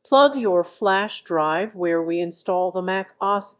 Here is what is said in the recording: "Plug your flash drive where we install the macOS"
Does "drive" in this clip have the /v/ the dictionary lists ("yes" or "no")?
yes